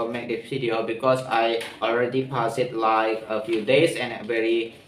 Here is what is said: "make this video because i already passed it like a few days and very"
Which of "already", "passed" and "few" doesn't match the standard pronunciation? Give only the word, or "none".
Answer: passed